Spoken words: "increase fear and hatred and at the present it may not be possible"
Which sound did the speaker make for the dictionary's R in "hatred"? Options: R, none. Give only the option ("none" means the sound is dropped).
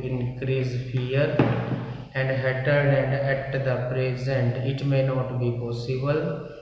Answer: none